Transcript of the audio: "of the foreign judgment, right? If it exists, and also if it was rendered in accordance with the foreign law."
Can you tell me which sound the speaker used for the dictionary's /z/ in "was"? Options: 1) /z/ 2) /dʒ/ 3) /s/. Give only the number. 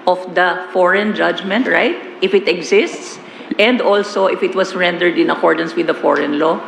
3